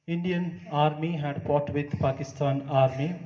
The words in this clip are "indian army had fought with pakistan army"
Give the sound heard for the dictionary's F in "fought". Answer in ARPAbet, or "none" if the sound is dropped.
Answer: P